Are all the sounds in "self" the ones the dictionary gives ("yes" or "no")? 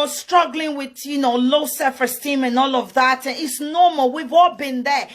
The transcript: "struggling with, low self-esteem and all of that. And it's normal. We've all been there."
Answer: no